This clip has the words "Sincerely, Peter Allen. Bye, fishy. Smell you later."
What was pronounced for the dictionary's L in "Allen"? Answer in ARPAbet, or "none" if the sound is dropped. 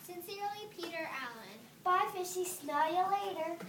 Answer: L